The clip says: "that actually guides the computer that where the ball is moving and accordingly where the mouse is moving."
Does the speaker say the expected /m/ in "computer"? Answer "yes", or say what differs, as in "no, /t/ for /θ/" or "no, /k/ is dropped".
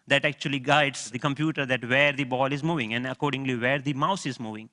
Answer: yes